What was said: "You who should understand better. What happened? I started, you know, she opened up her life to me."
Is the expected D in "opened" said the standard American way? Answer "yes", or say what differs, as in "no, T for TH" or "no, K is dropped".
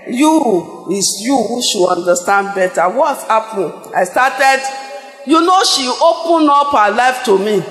no, D is dropped